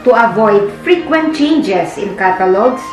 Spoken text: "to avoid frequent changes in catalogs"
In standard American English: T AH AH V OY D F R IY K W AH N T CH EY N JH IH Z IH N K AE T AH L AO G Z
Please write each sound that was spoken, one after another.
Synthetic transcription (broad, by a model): T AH AH V OY D F R IY K W AH N T CH EY N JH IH S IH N K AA T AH L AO G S